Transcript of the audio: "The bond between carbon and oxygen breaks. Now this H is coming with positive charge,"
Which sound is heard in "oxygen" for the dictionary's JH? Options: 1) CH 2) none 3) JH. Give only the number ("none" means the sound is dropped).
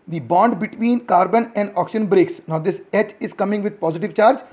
2